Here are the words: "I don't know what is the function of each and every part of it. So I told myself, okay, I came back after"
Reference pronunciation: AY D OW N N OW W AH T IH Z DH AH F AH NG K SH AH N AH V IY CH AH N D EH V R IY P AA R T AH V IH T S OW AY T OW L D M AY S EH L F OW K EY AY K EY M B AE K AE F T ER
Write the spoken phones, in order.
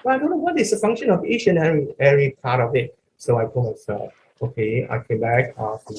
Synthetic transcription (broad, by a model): AY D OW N N OW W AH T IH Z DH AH F AH NG K SH AH N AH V IY CH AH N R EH R IY P AA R T AH V IH T S OW AY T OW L M AY S EH L F OW K EY AY K EY M B AE K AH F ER